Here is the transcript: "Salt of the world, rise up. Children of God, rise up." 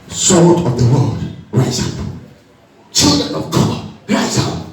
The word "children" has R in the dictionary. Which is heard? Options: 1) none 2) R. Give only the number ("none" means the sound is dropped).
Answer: 2